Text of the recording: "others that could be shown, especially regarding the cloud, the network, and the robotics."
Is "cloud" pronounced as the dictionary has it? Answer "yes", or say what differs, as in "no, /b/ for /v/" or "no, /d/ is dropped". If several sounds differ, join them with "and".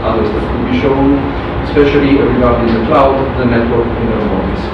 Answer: yes